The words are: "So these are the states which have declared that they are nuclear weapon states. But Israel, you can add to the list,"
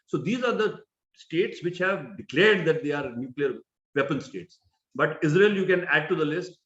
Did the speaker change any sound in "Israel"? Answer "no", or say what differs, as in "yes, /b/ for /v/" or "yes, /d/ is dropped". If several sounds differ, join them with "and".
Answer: no